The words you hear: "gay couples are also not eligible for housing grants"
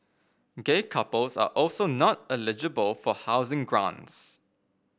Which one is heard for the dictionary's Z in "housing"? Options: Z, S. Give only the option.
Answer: Z